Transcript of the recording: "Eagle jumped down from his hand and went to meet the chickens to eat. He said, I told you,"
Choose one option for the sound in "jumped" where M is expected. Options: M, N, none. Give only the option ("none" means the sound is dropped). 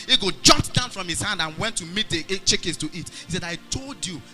none